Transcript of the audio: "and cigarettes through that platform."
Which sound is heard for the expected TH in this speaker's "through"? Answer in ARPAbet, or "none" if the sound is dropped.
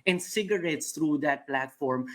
T